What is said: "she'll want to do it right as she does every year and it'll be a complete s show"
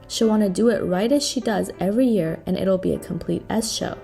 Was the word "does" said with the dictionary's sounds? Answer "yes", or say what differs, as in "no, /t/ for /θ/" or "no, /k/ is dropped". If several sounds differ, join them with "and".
yes